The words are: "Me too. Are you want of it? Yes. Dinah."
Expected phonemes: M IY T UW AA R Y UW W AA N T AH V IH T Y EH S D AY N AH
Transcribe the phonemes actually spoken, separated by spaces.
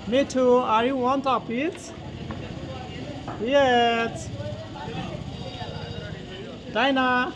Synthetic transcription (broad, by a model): M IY T UW AA R Y UW W AA N T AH P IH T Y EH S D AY N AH